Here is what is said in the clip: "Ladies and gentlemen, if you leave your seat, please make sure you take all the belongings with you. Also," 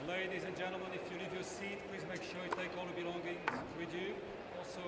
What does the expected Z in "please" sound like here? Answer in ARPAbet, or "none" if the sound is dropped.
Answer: Z